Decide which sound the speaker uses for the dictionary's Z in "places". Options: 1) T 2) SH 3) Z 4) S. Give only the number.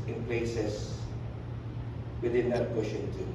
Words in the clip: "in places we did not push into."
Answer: 4